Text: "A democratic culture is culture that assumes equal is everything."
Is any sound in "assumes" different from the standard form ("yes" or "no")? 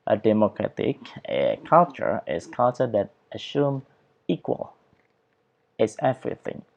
yes